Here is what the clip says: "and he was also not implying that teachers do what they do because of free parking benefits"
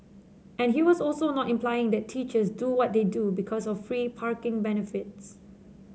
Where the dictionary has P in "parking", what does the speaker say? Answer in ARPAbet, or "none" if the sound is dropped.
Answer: P